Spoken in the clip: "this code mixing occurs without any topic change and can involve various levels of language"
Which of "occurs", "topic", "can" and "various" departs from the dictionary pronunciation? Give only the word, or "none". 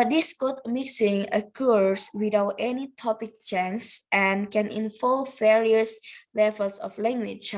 occurs